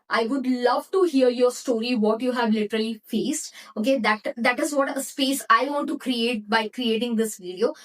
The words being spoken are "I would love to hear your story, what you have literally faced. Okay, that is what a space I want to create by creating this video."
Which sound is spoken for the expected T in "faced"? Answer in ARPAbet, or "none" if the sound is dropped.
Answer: T